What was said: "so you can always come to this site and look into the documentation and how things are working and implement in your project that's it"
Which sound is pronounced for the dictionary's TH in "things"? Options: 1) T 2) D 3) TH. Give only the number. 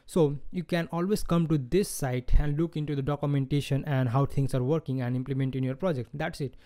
1